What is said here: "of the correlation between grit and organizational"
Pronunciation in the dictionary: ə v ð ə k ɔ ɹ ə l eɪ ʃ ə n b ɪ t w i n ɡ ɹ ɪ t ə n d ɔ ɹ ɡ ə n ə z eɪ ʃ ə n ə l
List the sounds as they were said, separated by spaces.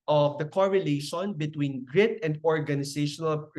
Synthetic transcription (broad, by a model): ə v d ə k ɔ ɹ ə l eɪ ʃ ə n b ɪ t w i n ɡ ɹ ɪ t ə n d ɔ ɹ ɡ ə n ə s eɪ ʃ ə n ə l